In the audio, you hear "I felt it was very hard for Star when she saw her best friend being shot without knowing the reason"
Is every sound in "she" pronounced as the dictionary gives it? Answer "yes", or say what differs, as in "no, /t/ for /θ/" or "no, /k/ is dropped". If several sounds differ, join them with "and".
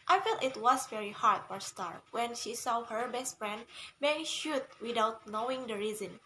yes